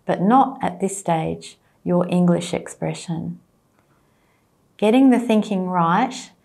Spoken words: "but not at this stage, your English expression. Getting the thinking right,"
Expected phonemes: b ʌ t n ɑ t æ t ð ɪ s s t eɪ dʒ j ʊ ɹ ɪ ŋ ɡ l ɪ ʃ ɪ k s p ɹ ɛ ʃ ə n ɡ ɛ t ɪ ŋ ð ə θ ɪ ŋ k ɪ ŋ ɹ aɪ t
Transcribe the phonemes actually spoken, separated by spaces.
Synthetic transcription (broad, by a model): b ʌ t n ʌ t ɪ t ð ɪ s s t eɪ dʒ j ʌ ɹ ɪ ŋ ɡ l ɪ ʃ ɪ k s p ɹ ɛ ʃ ə n ɡ ɛ t ɪ ŋ ð ə θ ɪ ŋ k ɪ ŋ ɹ aɪ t